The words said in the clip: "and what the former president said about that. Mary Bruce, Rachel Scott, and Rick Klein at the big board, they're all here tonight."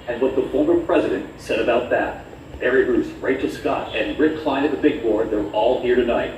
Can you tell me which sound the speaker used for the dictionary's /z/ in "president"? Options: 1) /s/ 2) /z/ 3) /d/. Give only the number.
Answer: 2